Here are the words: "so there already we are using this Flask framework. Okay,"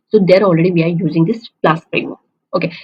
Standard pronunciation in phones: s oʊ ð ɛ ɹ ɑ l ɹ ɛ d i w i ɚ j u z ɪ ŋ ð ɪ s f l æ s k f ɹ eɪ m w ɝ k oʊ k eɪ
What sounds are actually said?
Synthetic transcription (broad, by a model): s oʊ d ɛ ɹ ɑ l ɹ ɛ d i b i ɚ j u z ɪ ŋ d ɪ s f l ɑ s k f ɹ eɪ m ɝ oʊ k eɪ